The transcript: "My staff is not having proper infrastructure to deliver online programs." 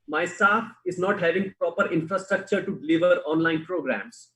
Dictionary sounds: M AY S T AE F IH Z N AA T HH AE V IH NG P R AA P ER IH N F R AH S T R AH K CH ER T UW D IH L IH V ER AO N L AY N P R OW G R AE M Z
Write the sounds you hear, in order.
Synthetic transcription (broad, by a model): M AY S T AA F IH Z N AA T HH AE V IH NG P R AA P ER IH N F R AH S T R AH K CH ER T UW D IH L IH V ER AO N L AY N P R OW G R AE M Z